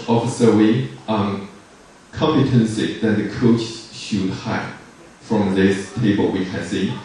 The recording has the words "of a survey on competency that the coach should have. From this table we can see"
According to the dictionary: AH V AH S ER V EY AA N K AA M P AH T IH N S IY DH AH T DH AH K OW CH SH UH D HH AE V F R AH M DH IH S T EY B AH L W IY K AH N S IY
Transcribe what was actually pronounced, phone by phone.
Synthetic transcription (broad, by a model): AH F AH S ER W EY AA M K AA M P AH T IH N S IY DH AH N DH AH K OW CH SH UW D HH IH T F R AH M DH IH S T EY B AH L W IY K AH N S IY